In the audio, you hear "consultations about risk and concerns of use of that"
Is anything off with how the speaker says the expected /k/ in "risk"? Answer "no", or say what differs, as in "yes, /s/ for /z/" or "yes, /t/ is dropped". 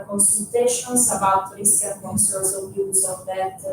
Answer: yes, /k/ is dropped